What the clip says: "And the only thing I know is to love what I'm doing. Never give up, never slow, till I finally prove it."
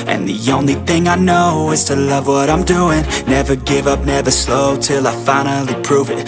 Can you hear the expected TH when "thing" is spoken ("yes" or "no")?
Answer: yes